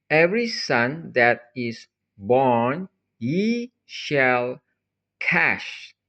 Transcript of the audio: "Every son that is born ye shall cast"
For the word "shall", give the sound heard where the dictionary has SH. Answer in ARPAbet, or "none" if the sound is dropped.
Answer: SH